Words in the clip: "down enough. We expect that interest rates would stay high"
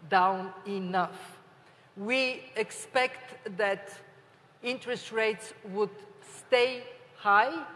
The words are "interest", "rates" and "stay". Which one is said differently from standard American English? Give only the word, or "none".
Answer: none